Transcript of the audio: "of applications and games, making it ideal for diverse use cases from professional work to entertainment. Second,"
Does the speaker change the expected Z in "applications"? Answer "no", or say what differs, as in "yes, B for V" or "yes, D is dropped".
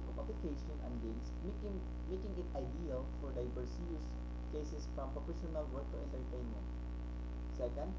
yes, Z is dropped